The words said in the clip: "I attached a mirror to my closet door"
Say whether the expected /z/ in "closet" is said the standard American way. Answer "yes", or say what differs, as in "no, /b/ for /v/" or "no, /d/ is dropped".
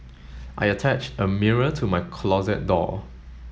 yes